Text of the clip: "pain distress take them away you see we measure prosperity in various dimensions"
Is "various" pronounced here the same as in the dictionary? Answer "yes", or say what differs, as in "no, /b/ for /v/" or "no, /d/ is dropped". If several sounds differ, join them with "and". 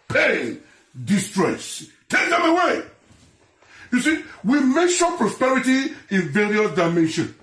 no, /s/ is dropped